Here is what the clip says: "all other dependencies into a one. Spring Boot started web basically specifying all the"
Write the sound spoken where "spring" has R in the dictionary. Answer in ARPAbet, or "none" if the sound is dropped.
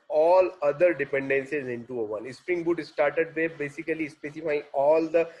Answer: R